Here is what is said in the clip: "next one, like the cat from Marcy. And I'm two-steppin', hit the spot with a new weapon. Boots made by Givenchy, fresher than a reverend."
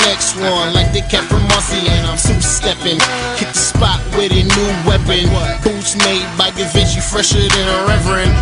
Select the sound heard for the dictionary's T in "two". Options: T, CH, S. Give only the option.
S